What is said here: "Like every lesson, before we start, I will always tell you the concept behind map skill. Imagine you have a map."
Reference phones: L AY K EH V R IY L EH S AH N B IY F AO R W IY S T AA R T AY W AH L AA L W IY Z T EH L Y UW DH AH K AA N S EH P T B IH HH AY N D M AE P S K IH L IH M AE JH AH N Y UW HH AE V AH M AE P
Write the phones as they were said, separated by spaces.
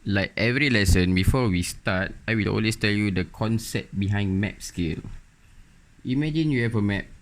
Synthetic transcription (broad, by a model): L AY K EH V R IY L EH S AH N B IY F AO W IY S T AA T AY W AH L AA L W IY S T EH L Y UW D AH K AA N S EH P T B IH HH AY N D M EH P S K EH L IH M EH JH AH N Y UW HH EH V AH M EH P